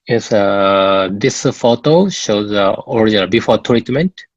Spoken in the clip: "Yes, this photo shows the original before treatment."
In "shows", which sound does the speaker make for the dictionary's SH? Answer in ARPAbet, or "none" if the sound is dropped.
SH